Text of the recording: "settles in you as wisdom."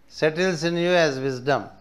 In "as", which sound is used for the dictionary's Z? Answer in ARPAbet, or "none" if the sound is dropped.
Z